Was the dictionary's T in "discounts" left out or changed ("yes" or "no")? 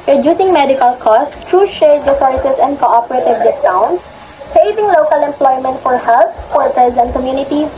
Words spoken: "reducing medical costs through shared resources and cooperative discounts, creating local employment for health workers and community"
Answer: yes